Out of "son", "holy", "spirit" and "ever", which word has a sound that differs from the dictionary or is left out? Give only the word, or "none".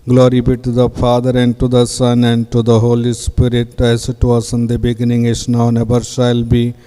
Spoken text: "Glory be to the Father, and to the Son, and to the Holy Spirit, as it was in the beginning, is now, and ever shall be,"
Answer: ever